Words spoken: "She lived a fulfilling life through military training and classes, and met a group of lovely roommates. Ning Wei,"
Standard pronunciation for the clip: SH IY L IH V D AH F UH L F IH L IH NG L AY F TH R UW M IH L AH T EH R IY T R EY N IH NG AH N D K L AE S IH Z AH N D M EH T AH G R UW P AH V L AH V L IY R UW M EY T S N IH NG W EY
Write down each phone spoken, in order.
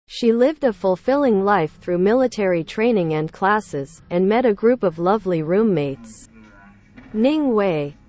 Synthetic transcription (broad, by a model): SH IY L IH V D AH F UH L F IH L IH NG L AY F TH R UW M IH L AH T EH R IY T R EY N IH NG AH N K L AE S IH Z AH N M EH T AH G R UW P AH V L AH V L IY R UW M EY T S N IH NG W EY